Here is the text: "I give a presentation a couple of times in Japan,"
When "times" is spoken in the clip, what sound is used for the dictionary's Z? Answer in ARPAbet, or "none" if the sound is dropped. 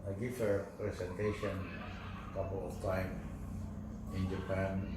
none